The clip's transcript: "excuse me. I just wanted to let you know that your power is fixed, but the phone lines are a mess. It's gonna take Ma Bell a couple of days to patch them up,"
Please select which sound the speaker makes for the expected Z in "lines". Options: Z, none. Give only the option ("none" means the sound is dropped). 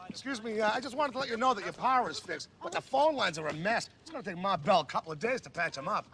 Z